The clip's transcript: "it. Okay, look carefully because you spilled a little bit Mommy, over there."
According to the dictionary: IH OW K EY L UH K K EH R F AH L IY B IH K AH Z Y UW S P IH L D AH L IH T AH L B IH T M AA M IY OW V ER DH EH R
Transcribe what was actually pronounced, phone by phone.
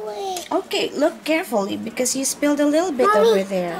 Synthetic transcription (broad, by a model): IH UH K EY L UH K K EH R F L IY B IH K AH Z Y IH S P IH L D AH L IH T L B IH T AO IY V ER DH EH R